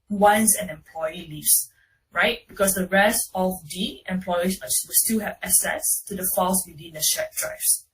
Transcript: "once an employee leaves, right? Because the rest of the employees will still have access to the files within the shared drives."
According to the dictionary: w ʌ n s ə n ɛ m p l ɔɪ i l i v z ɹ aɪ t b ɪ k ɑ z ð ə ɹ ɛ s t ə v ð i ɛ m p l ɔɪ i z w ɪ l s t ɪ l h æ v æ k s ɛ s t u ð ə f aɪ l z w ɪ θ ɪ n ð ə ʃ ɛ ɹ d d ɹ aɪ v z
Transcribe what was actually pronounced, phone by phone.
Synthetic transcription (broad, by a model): w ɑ n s ə n ɛ m p l ɔɪ i l i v s ɹ aɪ t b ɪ k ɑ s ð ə ɹ ɛ s t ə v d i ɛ m p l ɔɪ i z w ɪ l s t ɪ l h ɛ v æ s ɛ s t u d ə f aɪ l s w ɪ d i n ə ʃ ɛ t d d ɹ aɪ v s